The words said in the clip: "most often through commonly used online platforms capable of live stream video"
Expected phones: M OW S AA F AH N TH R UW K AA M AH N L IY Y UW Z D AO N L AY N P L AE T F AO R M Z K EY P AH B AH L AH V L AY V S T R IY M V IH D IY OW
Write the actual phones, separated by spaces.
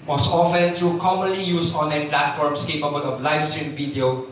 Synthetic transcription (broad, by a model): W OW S AA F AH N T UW K AA M AH N L IY Y UW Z AO N L AY N P L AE T F AO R M S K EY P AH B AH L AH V L AY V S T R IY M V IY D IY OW